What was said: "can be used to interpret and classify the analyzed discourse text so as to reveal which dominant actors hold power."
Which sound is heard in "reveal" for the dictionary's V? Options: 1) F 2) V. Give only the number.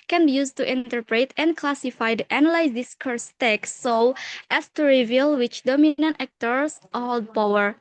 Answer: 2